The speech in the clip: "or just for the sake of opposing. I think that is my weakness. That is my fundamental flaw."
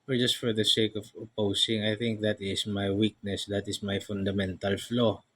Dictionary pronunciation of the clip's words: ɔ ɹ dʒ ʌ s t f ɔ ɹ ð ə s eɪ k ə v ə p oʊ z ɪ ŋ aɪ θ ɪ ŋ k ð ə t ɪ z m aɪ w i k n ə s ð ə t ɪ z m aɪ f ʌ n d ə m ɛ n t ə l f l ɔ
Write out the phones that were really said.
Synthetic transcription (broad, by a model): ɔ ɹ dʒ ʌ s t f ɔ ɹ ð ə s eɪ k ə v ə p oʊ s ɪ ŋ aɪ θ ɪ ŋ k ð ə t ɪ s m aɪ w i k n ə s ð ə t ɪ s m aɪ f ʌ n d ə m ɛ n t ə l f l ɔ